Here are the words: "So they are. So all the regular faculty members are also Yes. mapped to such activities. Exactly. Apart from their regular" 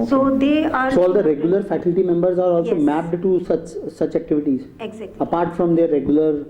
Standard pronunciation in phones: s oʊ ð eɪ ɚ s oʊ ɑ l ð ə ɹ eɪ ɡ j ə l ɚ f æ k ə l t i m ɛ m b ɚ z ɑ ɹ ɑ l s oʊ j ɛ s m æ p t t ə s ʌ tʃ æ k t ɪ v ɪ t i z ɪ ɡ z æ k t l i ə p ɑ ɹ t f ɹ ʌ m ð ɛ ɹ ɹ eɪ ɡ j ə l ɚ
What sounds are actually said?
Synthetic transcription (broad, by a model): s oʊ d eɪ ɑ s oʊ ɑ l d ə ɹ eɪ ɡ j ə l ɚ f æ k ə l t i m ɛ m b ɚ z ɑ ɹ ɑ l s oʊ m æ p t s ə s ʌ tʃ æ k t ɪ v ɪ t i z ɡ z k ə p ɑ ɹ t f ɹ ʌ m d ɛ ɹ ɹ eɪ ɡ j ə l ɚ